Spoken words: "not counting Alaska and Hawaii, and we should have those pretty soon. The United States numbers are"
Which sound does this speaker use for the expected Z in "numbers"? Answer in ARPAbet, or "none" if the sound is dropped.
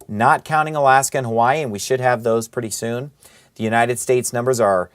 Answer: Z